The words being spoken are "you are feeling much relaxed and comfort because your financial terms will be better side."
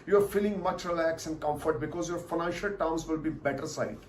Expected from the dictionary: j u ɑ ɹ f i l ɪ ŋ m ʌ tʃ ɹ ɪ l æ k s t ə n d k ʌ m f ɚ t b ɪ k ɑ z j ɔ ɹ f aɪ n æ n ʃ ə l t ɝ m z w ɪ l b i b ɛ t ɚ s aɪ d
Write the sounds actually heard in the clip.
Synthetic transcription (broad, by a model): j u ɑ ɹ f i l ɪ ŋ m ʌ tʃ ɹ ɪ l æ k s ə n d k ʌ m f ɚ t b ɪ k ɑ z j ɔ ɹ f aɪ n æ n ʃ ə l t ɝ m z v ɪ l b i b ɛ t ɚ s aɪ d